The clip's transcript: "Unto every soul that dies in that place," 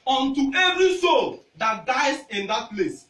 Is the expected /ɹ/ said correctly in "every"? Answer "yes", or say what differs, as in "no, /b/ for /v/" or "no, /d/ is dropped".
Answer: yes